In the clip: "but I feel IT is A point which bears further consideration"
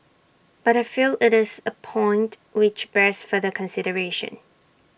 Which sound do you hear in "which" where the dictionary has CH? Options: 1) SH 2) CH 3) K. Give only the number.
2